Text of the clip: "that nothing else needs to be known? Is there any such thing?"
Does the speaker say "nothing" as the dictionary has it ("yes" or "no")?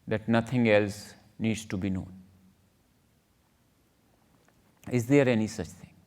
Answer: no